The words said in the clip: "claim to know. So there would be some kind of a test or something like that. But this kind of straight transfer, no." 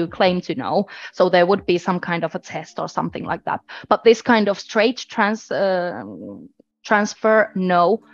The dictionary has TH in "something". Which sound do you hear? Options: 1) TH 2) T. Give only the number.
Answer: 1